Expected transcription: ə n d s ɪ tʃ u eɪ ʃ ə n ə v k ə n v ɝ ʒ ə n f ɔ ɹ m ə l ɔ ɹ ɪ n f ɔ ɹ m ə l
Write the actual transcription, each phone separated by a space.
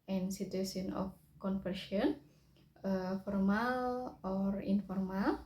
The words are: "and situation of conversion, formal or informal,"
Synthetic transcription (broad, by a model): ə n s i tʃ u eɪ s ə n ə f k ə n f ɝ ʃ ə n f ɔ ɹ m ə l ɔ ɹ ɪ n f ɔ ɹ m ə l